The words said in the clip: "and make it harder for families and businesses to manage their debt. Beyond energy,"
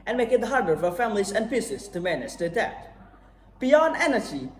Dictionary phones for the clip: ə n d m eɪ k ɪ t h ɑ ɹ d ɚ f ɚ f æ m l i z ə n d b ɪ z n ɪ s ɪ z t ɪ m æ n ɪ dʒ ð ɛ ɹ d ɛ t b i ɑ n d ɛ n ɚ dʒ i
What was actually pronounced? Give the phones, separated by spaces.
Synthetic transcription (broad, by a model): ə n m eɪ k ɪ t h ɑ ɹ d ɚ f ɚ f æ m l i z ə n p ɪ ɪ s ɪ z t ɪ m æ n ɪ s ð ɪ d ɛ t b i ɑ n d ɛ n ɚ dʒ i